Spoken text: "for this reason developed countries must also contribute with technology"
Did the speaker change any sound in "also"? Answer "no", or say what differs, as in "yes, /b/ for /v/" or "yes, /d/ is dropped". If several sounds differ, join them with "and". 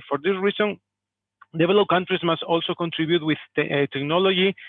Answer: no